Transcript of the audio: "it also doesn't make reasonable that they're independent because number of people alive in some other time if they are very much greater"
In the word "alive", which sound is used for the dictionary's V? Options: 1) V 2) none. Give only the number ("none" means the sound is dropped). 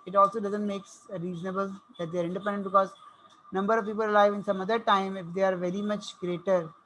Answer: 1